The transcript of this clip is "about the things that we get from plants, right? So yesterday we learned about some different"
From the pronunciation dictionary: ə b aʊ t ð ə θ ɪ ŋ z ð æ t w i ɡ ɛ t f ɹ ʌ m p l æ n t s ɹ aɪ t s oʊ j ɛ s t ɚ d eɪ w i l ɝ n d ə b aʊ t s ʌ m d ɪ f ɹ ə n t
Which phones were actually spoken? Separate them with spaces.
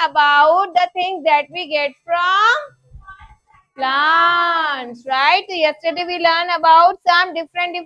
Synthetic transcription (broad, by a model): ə b aʊ t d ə t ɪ ŋ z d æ t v i ɡ ɛ t f ɹ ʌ m p l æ n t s ɹ aɪ t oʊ j ɛ s t ɚ d eɪ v i l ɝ n ə b aʊ t s ʌ m d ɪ f ɹ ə n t